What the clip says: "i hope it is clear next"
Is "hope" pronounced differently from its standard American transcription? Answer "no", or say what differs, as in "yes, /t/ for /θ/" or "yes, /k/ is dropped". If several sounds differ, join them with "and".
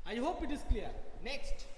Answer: no